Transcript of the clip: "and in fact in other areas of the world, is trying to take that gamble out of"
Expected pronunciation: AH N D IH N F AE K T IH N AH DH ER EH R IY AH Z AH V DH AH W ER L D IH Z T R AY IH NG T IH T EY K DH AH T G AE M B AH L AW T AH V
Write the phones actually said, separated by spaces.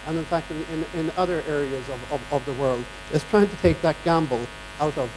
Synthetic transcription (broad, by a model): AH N IH N F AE K T IH N AH DH ER EH R IY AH Z AH V DH AH W ER L D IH S T R AY IH NG T IH T EY K DH AH T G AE M B L AW T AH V